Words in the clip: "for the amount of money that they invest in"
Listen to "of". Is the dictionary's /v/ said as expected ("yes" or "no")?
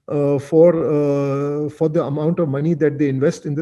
yes